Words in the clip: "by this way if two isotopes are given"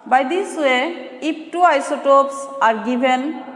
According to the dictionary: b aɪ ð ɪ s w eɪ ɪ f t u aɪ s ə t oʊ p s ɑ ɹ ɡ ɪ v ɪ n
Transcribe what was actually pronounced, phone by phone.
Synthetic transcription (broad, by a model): b aɪ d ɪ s w eɪ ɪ p t u aɪ s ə t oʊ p s ɑ ɹ ɡ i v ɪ n